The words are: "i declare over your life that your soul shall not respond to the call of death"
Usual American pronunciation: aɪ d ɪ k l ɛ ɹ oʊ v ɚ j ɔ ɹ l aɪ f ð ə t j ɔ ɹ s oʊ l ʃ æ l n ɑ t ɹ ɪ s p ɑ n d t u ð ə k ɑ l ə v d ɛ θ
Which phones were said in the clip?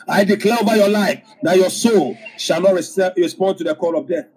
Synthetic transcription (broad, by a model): aɪ d ɪ k l ɛ ɹ oʊ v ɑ j ɔ l aɪ f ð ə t j ɔ s oʊ l ʃ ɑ l n ɑ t ɹ ɪ s p ɑ n d t u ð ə k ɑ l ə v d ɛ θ